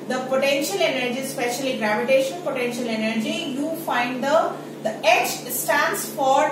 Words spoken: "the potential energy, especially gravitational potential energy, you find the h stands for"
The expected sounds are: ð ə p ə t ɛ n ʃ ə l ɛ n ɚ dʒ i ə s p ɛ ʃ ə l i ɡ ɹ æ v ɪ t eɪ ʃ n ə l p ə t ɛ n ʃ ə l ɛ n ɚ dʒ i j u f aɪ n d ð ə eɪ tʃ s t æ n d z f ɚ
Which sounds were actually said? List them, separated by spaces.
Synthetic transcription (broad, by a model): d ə p ə t ɛ n ʃ ə l ɛ n ɚ dʒ i s p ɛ ʃ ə l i ɡ ɹ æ v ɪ t eɪ ʃ ə n p ə t ɛ n ʃ ə l ɛ n ɚ dʒ i j u f aɪ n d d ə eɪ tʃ s t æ n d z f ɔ